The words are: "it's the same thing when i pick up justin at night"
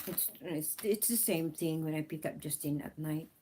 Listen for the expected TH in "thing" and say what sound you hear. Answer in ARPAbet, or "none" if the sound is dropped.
TH